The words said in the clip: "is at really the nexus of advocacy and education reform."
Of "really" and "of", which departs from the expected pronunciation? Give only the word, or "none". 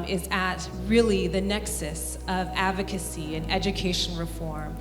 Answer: none